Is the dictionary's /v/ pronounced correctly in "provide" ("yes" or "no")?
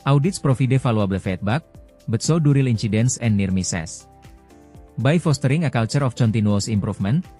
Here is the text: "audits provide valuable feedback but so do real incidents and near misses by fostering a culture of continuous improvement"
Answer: no